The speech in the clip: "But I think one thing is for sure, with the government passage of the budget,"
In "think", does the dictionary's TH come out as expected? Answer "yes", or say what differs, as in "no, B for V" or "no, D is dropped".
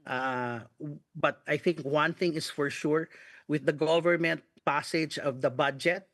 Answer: yes